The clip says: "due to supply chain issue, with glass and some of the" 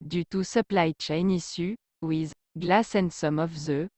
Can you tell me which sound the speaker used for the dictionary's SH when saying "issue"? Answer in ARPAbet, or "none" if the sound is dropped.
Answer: S